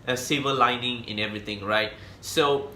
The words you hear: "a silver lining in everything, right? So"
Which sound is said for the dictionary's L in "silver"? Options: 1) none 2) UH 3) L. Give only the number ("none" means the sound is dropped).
1